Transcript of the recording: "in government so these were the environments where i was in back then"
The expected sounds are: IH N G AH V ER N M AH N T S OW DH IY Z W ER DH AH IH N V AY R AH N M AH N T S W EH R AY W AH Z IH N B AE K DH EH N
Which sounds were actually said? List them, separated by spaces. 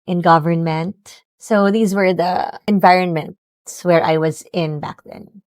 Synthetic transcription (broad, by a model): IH N G AH V ER N M AH N T S OW DH IY Z W ER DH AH IH N V AY R AH N M AH N T S W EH R AY W AH Z IH N B AE K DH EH N